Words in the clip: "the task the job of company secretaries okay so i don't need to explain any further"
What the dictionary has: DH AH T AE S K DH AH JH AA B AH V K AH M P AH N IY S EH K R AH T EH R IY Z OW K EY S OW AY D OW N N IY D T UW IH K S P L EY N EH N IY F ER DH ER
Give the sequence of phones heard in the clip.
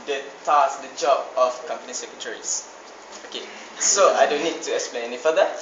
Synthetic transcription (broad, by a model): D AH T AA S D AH JH AA B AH F K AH M P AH N IY S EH K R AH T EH R IY S OW K EY S OW AY D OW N N IY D T UW IH K S P L EY N EH N IY F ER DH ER